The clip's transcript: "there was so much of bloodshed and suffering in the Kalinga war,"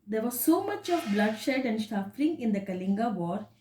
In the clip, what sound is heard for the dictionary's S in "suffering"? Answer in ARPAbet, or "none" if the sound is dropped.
SH